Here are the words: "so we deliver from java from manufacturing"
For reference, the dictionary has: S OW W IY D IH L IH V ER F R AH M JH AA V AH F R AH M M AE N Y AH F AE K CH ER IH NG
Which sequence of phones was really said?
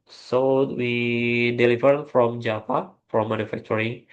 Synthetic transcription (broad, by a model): S OW W IY D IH L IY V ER F R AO M JH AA P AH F R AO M M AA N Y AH F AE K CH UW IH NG